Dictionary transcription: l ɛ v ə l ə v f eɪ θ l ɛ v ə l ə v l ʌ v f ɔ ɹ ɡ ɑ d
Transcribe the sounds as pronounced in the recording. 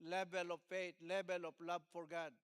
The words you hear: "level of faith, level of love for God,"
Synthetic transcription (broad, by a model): l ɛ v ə l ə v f eɪ t l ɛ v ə l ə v l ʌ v f ɔ ɹ ɡ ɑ d